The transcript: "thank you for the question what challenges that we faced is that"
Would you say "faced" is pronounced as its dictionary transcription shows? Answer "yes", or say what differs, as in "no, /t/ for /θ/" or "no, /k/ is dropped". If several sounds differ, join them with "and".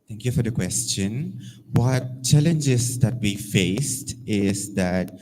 yes